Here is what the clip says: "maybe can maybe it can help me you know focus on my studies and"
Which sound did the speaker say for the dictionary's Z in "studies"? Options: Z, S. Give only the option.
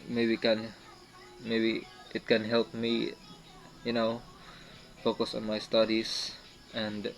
S